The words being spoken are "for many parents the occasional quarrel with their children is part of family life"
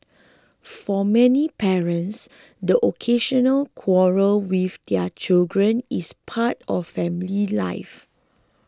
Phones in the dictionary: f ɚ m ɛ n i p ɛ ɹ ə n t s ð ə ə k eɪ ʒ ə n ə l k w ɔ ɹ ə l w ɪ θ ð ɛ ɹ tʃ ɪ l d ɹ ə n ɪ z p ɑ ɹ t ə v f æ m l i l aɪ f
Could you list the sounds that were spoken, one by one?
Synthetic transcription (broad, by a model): f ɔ m ɛ n i p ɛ ɹ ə n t s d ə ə k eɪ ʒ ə n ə l k w ɔ ɹ ə l w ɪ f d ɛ tʃ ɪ l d ɹ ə n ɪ s p ɑ t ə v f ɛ m l i l aɪ f